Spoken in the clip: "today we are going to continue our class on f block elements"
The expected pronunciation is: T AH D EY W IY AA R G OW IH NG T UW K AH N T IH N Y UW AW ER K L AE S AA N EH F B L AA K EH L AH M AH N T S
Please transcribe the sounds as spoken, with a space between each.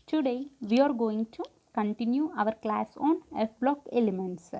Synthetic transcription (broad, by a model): T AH D EY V IY AA R G OW IH NG T UW K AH N T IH N Y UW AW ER K L AE S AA N EH F B L AA K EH L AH M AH N T S